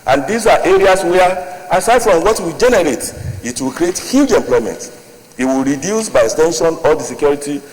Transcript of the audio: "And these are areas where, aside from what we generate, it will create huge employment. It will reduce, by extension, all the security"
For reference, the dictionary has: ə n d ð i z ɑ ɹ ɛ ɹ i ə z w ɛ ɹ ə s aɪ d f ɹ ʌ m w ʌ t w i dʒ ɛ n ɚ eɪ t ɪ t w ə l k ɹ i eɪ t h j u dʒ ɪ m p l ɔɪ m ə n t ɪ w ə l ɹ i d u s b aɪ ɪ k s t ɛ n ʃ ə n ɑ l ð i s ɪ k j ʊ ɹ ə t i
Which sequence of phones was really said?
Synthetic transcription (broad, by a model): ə n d i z ɑ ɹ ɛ ɹ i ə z w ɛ ə s aɪ d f ɹ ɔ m w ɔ t w i dʒ ɛ n ɚ eɪ t ɪ t w ə l k ɹ i eɪ t h j u dʒ ɪ m p l ɔɪ m ə n t ɪ w ə l ɹ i d u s b aɪ ɪ k s t ɛ n ʃ ə n ɑ l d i s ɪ k j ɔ ɹ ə t i